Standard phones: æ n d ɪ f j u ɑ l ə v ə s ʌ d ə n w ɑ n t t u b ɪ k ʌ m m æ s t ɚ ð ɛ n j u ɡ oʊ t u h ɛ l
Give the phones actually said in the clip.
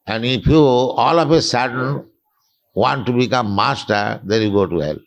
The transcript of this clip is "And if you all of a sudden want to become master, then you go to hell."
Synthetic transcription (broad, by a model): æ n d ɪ p j u ɑ l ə p ə s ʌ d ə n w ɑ n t t u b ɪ k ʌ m m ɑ s t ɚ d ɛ n j u ɡ oʊ t u h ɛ l